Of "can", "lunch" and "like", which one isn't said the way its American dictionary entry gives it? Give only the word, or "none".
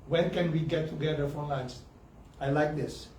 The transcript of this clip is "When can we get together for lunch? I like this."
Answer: lunch